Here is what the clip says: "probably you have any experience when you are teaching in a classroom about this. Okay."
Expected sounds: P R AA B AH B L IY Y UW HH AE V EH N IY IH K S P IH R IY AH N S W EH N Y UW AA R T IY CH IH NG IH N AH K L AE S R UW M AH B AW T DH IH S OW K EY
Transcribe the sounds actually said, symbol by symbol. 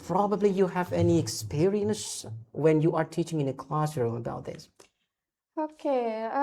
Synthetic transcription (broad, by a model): P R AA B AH B L IY Y UW HH AE V EH N IY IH K S P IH R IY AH N S W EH N Y UW AA R T IY CH IH NG IH N AH K L AE S R UW M AH B AW T DH IH S OW K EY